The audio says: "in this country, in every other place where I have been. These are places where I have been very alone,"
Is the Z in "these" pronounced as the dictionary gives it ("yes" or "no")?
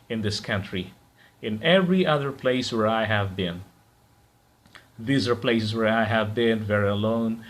yes